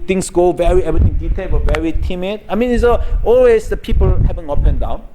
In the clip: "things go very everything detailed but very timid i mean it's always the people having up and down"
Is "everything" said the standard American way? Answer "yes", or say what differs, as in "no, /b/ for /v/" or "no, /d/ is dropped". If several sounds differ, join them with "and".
no, /t/ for /θ/